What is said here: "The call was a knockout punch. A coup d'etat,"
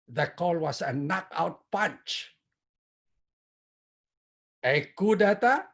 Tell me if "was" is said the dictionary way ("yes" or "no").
no